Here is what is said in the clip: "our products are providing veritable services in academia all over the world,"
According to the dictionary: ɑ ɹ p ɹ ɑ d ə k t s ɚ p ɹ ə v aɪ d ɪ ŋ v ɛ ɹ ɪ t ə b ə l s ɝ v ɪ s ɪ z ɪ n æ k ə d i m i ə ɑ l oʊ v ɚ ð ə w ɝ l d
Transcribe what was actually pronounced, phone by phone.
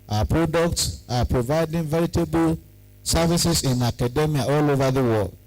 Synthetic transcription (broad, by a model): ɑ p ɹ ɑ d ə k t s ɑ p ɹ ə v aɪ d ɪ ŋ v ɛ ɹ ɪ t ə b ə l s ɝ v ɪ s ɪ s ɪ n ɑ k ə d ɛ m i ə ɑ l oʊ v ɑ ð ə w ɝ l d